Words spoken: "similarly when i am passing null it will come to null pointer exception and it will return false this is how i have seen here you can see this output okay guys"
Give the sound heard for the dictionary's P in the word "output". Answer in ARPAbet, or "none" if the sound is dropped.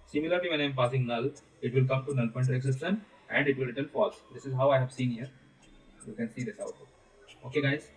B